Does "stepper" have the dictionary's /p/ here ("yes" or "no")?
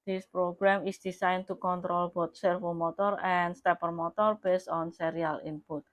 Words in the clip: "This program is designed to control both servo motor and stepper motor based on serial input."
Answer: yes